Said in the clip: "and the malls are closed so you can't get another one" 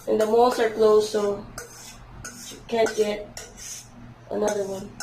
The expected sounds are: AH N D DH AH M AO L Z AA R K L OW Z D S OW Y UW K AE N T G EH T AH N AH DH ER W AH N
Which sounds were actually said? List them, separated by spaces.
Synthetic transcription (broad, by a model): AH N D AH M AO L S AA R K L OW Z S OW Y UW K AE N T G EH T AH N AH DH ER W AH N